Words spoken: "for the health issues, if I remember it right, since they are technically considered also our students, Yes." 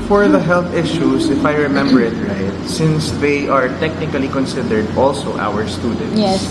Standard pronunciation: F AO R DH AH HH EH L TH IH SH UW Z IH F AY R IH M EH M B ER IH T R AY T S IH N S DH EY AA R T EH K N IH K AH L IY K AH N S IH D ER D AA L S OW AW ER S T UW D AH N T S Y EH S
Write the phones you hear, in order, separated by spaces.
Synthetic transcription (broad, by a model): F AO R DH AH HH EH L TH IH SH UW S IH F AY R IH M EH M B ER IH T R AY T S IH N S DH EY AA R T EH K N IH K AH L IY K AH N S IH D ER D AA L S OW AW ER S T UW D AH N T Y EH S